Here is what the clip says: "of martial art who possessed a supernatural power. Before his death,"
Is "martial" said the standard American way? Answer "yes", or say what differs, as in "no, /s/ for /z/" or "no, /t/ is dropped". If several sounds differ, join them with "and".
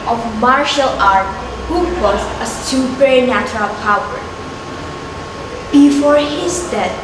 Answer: yes